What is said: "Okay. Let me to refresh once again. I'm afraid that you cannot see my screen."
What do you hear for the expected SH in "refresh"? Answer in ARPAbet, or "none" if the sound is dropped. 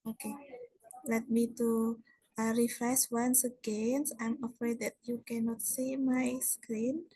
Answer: S